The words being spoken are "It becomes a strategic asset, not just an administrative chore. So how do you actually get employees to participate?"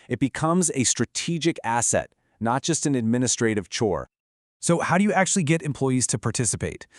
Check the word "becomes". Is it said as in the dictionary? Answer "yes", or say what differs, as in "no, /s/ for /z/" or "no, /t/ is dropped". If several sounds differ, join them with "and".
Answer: yes